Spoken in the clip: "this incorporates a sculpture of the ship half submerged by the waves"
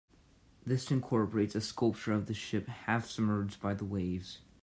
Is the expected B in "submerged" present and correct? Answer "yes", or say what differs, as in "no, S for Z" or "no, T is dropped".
no, B is dropped